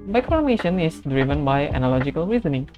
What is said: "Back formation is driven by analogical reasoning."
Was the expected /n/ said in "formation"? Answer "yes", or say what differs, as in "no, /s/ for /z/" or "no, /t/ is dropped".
yes